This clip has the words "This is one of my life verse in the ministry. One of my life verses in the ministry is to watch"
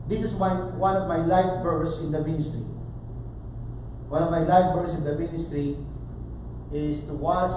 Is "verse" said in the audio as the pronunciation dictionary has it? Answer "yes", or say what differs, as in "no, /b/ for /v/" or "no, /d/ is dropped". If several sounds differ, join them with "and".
no, /b/ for /v/